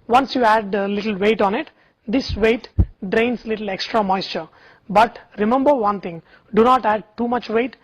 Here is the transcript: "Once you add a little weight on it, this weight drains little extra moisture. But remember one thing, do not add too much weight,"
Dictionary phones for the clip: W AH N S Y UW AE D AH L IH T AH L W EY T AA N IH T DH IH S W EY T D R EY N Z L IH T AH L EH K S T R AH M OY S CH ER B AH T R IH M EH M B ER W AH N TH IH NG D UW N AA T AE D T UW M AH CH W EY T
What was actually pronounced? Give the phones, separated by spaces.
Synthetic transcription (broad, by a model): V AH N S Y UW AE D AH L IH T AH L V EY T AA N IH T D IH S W EY T D R EY N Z L IH T AH L EH K S T R AH M OY S CH ER B AH T R IH M EH M B ER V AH N T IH NG D UW N AA T AE D T UW M AH CH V EY T